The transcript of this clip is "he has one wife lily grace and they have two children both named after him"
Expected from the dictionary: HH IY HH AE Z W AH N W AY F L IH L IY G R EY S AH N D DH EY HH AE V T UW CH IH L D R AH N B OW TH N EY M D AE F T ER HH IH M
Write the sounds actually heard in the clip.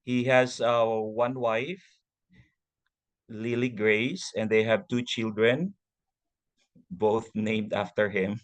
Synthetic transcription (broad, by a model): HH IY HH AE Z W AH N W AY F L IH L IY G R EY S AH N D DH EY HH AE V T UW CH IH L D R AH N B OW TH N EY M D AE F T ER HH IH M